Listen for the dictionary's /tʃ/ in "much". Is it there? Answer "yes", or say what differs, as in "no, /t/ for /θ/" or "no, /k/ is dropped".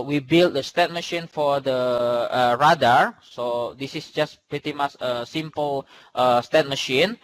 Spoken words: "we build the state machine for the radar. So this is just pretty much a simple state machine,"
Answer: no, /s/ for /tʃ/